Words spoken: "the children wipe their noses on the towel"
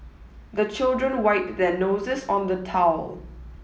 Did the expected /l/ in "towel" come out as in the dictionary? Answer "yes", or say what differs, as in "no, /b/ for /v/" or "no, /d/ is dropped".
yes